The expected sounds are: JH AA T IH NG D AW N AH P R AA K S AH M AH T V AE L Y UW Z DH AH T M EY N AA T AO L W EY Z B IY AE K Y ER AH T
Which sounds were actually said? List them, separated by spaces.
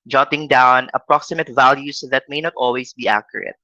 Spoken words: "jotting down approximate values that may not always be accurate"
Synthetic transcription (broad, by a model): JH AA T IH NG D AW N AH P R AA K S AH M AH T V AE L Y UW S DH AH T M EY N AA T AO L W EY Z B IY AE K Y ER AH T